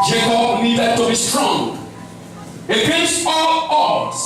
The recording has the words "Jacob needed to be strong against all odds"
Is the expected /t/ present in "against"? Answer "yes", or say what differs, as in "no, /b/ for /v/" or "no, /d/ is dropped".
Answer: no, /t/ is dropped